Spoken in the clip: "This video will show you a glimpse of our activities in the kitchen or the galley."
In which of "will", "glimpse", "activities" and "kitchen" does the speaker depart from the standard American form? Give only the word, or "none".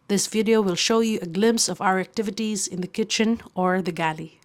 none